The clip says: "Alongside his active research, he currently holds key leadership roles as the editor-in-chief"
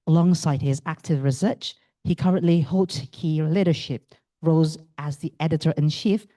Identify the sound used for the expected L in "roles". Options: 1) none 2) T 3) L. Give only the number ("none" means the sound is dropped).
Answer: 1